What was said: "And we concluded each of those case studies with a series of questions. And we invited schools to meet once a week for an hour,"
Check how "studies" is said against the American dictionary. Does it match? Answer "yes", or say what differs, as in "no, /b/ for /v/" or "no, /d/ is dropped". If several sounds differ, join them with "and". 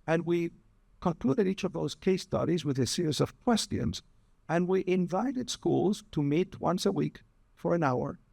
yes